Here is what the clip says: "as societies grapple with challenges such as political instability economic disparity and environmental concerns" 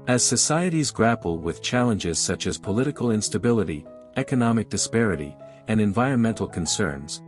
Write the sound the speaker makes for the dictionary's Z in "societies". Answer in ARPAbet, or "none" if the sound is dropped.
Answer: Z